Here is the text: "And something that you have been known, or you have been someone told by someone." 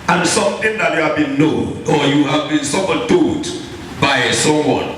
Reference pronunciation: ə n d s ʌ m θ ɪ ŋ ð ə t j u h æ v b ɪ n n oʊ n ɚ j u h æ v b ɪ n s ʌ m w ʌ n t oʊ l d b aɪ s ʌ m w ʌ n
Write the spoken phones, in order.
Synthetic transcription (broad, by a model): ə n s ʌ m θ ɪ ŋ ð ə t j u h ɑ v b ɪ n n oʊ n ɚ j u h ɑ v b ɪ n s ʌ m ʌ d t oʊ d b aɪ s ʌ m w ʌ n